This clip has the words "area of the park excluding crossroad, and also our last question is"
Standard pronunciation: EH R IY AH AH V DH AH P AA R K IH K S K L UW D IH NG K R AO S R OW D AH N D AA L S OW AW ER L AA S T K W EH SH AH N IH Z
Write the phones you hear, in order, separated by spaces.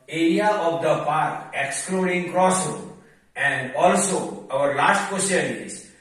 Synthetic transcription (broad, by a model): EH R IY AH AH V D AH P AA R K IH K S K L UW D IH NG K R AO S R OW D AH N D AA L S OW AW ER L AA T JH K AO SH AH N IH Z